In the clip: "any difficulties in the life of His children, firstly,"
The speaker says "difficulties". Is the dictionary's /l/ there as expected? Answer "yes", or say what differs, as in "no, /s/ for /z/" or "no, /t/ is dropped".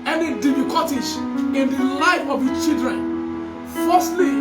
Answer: no, /l/ is dropped